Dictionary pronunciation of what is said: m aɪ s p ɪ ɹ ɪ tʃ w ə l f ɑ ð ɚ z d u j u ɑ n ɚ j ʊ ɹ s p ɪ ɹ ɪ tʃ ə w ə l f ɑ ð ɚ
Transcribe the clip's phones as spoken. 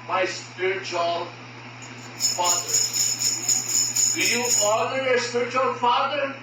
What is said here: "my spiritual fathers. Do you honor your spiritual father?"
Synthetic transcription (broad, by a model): m aɪ s p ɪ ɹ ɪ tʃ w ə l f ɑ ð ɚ d u j u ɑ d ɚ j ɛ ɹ s p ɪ ɹ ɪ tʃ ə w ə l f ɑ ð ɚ